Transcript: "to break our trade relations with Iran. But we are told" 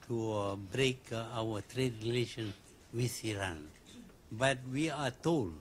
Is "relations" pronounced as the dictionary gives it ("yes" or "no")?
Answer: no